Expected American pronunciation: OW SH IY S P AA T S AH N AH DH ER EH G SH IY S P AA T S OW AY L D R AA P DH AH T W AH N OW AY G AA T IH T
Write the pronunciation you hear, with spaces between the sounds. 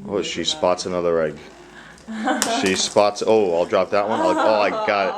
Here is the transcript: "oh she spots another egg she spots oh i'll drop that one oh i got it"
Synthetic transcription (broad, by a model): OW SH IY S P AA T S AH N AH DH ER EH G SH IY S P AA T S OW AY L D R AA P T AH T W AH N OW AY G AA T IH T